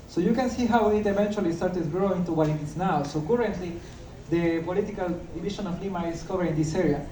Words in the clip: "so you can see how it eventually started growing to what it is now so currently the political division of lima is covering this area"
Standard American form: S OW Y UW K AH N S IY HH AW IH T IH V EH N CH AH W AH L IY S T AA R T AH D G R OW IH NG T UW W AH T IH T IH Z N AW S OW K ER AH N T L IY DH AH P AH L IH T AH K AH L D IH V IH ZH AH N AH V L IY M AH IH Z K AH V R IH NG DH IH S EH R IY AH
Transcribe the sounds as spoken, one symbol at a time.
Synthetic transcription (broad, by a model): S OW Y UW K AH N S IY HH AW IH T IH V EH N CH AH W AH L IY S T AA R T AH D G R OW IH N T UW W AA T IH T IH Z N AW S OW K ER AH N T L IY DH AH P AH L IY T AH K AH L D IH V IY SH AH N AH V L IY M AH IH S K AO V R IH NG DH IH S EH R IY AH